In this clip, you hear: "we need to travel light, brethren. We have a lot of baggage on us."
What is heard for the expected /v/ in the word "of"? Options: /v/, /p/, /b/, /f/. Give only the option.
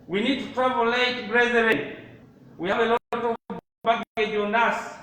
/b/